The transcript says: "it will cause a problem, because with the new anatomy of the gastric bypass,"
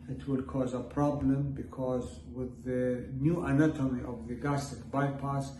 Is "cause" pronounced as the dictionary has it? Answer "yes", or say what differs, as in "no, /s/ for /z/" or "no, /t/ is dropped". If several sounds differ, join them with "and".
yes